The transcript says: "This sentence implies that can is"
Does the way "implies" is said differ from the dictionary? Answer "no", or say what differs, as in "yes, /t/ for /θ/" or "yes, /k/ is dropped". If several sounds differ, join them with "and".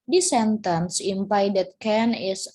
yes, /l/ is dropped